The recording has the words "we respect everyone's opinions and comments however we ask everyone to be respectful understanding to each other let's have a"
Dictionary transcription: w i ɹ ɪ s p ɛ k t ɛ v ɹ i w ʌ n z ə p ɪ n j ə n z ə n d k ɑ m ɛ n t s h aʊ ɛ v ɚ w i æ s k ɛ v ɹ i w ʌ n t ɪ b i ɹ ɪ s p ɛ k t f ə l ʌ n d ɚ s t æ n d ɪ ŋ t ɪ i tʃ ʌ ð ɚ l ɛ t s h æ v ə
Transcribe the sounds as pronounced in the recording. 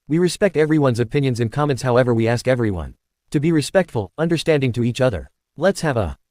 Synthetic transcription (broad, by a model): w i ɹ ɪ s p ɛ k t ɛ v ɹ i w ʌ n z ə p ɪ n j ə n z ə n k ɑ m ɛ n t s h aʊ ɛ v ɚ w i æ s k ɛ v ɹ i w ʌ n t ɪ b i ɹ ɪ s p ɛ k t f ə l ʌ n d ɚ s t æ n d ɪ ŋ t ɪ i tʃ ʌ ð ɚ l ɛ t s h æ v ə